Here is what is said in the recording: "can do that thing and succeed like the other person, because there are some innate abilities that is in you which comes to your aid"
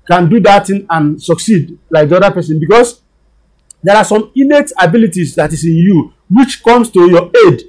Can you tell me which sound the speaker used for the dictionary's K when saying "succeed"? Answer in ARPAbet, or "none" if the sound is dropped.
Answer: K